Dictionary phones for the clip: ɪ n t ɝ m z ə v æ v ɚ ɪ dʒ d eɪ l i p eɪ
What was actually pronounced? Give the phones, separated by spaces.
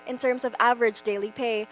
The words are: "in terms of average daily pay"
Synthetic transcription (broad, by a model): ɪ n t ɝ m z ə v æ v ɚ ɪ dʒ d eɪ l i p eɪ